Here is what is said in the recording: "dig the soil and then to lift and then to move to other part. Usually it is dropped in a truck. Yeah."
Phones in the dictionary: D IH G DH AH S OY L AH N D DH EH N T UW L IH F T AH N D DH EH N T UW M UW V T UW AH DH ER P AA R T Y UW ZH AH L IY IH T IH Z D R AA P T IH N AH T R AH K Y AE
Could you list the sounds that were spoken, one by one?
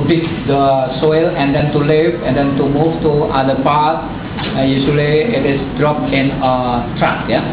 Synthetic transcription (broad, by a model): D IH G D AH S OY L AH N D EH N T UW L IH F AH N D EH N T UW M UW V T UW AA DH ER P AA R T Y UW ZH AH L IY IH T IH S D R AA P IH N AH T R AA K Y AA